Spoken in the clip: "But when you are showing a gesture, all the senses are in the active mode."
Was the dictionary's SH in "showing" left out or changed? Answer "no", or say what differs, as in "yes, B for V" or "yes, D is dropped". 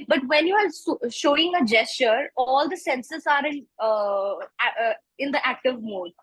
no